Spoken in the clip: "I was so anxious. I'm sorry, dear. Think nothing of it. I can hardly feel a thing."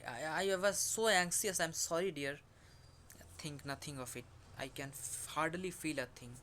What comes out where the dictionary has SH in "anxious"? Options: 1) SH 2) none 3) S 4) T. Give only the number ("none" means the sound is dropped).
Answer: 3